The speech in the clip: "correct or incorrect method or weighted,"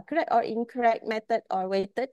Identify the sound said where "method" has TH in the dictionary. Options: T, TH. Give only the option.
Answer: T